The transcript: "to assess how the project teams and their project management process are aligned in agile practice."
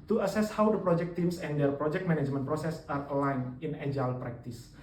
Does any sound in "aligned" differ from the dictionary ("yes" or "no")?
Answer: yes